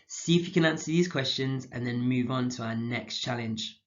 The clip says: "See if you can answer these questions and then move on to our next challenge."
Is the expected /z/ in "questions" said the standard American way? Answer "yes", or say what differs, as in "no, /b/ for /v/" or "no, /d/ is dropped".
yes